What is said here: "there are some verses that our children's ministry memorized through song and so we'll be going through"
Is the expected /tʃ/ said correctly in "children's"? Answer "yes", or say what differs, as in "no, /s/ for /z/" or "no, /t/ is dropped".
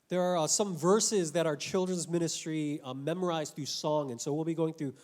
yes